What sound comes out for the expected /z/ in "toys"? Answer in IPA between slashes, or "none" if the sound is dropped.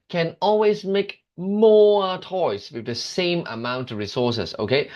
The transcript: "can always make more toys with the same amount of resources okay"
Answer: /s/